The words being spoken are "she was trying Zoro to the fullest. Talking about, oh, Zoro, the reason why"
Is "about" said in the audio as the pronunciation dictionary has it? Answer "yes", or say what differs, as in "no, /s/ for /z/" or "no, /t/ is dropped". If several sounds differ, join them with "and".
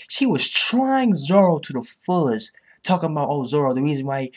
yes